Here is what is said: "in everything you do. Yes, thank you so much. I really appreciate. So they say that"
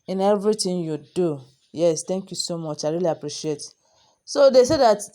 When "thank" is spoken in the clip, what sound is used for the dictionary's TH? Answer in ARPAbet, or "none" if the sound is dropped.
T